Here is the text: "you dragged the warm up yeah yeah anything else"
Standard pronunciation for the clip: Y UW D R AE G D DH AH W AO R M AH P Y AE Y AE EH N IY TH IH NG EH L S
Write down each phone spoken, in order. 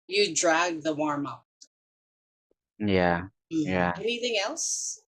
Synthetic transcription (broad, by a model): Y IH D R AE G DH AH W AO R M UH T Y AE Y AE EH N IY TH IH NG EH L S